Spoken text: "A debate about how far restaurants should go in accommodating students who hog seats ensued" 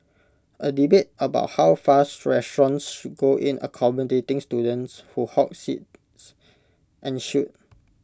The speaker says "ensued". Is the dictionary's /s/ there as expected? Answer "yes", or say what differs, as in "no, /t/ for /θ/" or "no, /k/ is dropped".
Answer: no, /ʃ/ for /s/